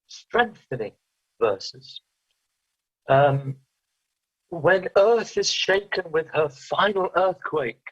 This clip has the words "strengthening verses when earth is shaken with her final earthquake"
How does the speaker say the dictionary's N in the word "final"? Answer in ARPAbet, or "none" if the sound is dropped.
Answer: N